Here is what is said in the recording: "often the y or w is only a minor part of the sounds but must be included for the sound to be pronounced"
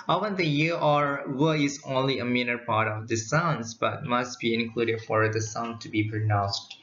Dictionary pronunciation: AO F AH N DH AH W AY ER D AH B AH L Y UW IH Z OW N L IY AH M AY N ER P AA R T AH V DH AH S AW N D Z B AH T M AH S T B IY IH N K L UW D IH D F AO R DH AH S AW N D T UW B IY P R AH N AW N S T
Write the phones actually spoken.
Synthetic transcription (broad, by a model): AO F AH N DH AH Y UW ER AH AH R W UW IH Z OW N L IY AH M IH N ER P AA R T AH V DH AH S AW N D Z B AH T M AH S T B IY IH N K L UW D IH D F AO R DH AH S AW N D T UW B IY P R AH N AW N S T